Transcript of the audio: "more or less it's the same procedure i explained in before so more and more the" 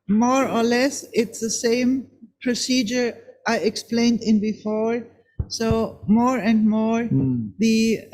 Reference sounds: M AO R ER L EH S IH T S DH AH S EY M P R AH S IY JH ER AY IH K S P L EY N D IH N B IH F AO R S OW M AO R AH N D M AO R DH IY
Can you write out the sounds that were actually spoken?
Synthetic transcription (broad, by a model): M AO R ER L EH S IH T S DH AH S EY M P R AH S IY JH ER AY IH K S P L EY N D IH N B IH F AO R S OW M AO R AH N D M AO R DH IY